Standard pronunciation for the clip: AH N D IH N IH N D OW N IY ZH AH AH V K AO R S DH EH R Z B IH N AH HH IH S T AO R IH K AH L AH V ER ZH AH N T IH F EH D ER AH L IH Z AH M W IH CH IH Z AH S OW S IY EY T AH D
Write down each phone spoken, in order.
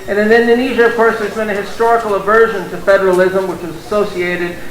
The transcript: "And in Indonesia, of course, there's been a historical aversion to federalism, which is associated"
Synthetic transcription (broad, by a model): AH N IH N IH N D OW N IY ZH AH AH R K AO R S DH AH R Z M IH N AH HH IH S T AO R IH K L AH V ER ZH AH N T IH F EH D ER AH L IH Z AH M W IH CH IH Z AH S OW S IY EY T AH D